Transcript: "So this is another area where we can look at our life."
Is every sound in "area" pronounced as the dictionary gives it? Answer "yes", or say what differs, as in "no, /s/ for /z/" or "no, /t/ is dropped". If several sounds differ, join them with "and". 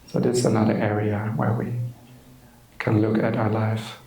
yes